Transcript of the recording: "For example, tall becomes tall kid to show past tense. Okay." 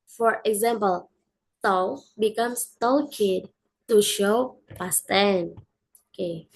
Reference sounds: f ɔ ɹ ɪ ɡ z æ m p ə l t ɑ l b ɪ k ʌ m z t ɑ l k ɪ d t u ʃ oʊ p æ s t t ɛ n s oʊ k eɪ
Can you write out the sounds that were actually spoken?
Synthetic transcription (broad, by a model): f ɔ ɹ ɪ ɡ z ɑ m p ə l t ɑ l b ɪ k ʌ m s t ɑ l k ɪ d t u ʃ oʊ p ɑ s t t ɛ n oʊ k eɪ